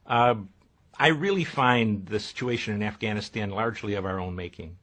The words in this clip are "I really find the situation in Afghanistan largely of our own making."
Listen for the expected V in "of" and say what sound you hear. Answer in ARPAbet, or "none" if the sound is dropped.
V